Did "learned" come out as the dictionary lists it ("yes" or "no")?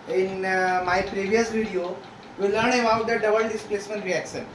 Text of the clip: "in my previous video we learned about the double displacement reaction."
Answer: no